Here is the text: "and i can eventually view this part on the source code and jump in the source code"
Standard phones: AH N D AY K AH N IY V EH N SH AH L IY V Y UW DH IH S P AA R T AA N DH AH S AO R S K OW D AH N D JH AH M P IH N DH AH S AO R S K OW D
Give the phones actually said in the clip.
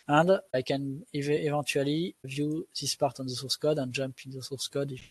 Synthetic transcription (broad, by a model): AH N D AY K AH N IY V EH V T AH L IY V Y UW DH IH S P AA R T AA N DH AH S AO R S K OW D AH N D JH AH M P IH N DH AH S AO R S K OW D